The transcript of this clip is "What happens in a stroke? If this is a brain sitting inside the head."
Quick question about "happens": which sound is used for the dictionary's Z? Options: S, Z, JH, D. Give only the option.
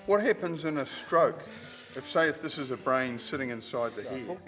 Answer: Z